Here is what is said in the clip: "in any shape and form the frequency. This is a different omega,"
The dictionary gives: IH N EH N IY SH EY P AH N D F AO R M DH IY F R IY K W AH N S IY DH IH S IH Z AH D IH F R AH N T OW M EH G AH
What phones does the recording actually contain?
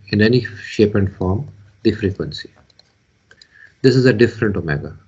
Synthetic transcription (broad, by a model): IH N EH N IY SH EY P AH N D F AO R M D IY F R IY K W AH N S IY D IH S IH Z AH D IH F R AH N T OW M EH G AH